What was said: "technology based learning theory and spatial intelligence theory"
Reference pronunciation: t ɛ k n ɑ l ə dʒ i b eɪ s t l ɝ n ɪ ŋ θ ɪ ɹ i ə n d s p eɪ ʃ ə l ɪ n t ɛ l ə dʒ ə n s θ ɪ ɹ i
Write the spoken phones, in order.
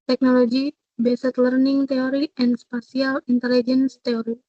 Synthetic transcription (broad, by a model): t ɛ k n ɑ l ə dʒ i b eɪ s t l ɝ n ɪ ŋ t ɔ ɹ i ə n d s p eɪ s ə l ɪ n t ɛ l ə dʒ ə n s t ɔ ɹ i